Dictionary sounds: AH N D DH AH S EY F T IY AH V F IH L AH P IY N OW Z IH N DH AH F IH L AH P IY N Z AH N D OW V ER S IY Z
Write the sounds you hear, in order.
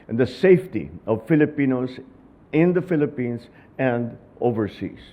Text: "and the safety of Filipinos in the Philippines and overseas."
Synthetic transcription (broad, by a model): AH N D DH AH S EY F T IY AH V F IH L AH P IY N OW S IH N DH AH F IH L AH P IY N S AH N D OW V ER S IY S